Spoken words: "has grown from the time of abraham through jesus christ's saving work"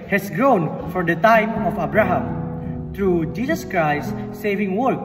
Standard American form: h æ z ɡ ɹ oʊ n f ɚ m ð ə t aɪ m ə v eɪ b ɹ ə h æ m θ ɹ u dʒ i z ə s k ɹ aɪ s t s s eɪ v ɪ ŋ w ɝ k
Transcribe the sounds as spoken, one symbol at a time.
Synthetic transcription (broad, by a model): h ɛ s ɡ ɹ oʊ n f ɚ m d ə t aɪ m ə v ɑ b ɹ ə h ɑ m t ɹ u dʒ i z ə s k ɹ aɪ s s s eɪ v ɪ ŋ w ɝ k